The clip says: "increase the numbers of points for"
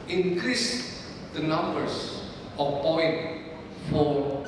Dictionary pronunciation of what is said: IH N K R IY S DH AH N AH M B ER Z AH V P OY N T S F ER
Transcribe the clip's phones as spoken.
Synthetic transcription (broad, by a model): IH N K R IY S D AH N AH M B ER S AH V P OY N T F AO